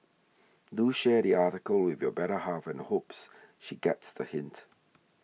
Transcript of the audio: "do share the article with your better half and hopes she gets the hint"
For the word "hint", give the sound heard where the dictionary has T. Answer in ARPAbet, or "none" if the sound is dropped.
T